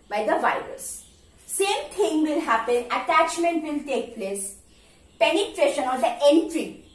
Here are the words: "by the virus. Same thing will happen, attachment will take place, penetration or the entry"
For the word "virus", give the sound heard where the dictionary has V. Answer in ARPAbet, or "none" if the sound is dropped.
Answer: V